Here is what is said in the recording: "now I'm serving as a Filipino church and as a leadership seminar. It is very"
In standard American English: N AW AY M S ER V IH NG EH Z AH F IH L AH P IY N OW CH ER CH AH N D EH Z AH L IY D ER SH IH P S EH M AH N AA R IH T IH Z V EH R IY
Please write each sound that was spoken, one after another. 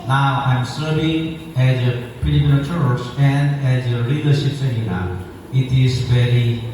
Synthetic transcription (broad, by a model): N AW AY M S ER V IH NG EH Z AH P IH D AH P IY L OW CH ER CH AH N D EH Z AH L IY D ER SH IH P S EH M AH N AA IH T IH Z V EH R IY